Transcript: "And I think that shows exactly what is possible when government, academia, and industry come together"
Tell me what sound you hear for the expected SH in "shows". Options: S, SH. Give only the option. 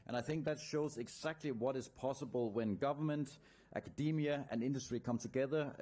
SH